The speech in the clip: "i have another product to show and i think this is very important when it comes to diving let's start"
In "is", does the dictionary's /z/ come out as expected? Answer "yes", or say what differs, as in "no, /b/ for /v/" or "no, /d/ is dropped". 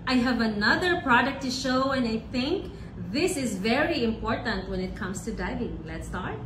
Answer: yes